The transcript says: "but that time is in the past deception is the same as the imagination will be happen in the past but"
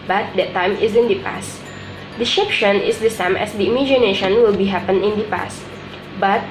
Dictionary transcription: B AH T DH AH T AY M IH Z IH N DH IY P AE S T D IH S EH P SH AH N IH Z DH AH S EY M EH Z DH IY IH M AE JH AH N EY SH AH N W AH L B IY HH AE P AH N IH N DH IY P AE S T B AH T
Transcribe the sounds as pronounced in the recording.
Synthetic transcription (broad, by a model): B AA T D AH T AY M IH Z IH N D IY P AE S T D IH SH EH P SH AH N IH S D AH S EY M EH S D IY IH M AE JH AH N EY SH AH N W AH L B IY HH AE P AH N IH N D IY P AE S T B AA T